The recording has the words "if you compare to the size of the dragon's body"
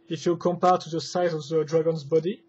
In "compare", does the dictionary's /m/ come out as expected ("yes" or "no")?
yes